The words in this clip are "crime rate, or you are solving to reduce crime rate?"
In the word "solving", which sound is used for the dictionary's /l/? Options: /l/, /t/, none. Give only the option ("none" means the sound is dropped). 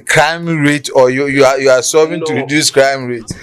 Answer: none